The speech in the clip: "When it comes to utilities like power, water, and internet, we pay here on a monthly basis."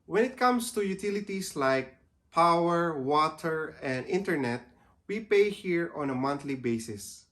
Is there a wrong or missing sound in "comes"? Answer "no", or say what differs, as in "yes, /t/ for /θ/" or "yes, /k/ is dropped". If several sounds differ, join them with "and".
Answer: yes, /s/ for /z/